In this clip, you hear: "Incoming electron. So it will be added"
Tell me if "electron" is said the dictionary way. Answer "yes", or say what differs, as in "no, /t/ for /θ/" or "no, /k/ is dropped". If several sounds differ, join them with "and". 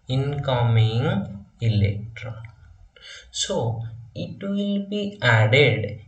no, /l/ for /n/